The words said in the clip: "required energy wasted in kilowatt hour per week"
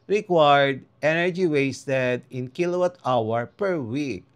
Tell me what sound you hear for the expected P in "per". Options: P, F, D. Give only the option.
P